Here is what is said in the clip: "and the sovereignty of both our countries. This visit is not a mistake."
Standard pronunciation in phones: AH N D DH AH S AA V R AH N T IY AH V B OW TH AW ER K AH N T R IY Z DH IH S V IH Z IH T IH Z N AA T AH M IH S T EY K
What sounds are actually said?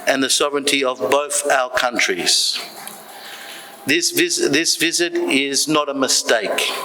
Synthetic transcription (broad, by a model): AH N DH AH S AA V R AH N T IY AH V B OW TH AW ER K AH N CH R IY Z DH IH S V IH Z IH T IH Z N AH T AH M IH S T EY K